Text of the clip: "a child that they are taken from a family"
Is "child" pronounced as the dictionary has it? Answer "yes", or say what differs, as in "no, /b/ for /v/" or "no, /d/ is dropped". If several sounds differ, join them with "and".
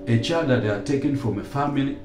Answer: no, /l/ is dropped